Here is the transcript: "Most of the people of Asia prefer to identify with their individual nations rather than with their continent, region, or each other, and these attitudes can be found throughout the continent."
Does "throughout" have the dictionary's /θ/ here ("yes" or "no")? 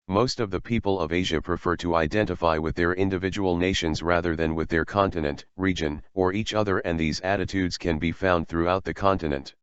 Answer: yes